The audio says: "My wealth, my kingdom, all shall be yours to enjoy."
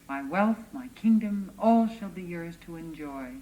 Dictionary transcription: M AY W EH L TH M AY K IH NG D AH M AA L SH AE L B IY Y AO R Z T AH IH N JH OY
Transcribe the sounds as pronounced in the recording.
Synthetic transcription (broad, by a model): M AY W EH L TH M AY K IH NG D AH M AA L SH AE L B IY Y AO R Z T AH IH N JH OY